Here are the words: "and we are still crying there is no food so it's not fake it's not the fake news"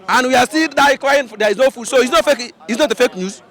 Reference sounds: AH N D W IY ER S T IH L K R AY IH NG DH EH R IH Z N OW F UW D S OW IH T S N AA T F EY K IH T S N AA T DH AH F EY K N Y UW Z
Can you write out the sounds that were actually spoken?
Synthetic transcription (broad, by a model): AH N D W IY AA S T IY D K L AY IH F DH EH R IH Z N OW F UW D S OW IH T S N AA T F EY K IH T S N AA T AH F EY K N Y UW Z